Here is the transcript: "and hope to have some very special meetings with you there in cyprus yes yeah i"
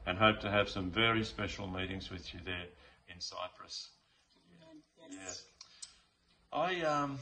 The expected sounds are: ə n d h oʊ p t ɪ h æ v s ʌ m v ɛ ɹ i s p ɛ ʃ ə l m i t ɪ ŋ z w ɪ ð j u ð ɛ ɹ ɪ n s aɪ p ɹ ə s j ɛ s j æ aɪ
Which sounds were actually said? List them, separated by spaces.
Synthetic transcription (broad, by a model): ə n h oʊ p t ɪ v s ʌ m v ɛ ɹ i s p ɛ ʃ l m i t ɪ ŋ z w ɪ ð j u ð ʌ ɹ ɪ n s aɪ p ɹ ə s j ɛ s aɪ